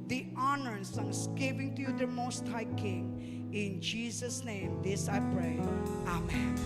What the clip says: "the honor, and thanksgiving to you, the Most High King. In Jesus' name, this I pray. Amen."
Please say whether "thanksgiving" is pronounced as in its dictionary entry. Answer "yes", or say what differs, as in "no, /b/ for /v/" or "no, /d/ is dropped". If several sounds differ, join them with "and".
no, /k/ is dropped